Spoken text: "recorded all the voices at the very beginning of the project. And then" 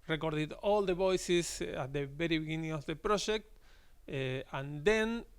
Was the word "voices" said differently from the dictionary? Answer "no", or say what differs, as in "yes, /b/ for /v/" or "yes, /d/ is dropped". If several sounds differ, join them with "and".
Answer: yes, /s/ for /z/